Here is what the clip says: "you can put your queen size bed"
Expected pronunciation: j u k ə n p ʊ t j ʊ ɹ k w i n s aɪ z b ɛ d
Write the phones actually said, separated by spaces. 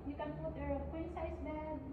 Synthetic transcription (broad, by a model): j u k ə n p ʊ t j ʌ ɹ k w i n s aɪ s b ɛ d